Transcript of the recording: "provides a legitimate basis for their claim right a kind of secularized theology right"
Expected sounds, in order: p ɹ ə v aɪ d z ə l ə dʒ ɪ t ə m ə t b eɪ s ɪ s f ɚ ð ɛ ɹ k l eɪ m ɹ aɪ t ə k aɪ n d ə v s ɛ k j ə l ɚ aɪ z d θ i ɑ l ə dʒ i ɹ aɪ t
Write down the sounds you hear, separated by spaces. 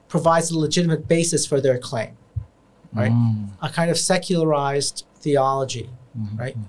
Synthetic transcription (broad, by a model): p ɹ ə v aɪ d z ə l ə dʒ ɪ t ə m ə t b eɪ s ɪ s f ɚ ð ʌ ɹ k l eɪ m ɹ aɪ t ə k aɪ n d ə v s ɛ k j l ɚ aɪ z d θ i ɑ l ə dʒ i ɹ aɪ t